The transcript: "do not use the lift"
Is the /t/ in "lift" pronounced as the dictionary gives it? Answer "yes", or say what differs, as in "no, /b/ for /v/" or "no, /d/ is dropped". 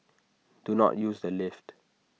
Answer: yes